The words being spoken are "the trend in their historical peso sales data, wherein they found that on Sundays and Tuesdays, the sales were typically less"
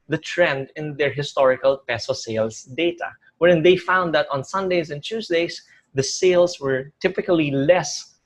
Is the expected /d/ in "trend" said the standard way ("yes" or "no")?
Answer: yes